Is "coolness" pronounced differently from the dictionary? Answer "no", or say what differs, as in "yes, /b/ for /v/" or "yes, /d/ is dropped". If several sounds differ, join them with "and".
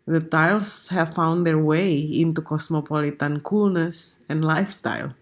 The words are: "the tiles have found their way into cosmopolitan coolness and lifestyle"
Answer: no